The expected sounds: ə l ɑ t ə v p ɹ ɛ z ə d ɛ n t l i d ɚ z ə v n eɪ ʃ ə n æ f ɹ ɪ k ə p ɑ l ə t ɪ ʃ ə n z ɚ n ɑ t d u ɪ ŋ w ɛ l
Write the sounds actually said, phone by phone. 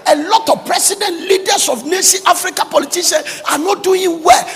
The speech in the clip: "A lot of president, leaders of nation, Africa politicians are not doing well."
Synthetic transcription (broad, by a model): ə l ɑ t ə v p ɹ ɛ s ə d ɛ n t l i d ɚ s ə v n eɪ s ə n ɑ f ɹ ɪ k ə p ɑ l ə t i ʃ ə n ɑ n ɑ t d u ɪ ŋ w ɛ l